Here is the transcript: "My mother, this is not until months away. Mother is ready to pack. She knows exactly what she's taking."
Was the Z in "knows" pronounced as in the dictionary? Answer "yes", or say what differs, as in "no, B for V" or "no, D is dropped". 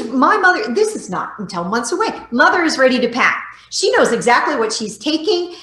yes